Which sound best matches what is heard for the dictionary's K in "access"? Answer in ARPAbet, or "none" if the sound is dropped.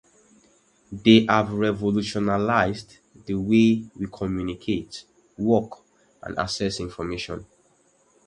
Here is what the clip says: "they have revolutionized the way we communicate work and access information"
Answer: none